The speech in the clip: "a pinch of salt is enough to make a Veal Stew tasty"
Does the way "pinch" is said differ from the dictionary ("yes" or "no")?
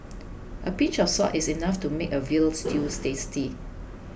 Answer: yes